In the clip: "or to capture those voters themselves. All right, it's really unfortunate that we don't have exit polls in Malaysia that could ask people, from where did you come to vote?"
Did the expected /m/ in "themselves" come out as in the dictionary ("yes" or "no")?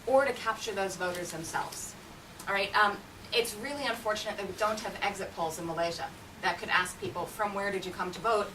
yes